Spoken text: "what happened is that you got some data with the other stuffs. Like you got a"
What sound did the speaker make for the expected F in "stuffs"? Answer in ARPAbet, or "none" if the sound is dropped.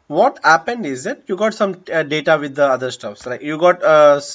F